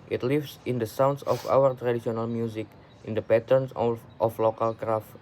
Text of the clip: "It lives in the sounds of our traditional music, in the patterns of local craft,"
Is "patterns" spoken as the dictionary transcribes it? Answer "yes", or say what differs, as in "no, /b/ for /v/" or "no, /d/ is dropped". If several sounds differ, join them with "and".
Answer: no, /s/ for /z/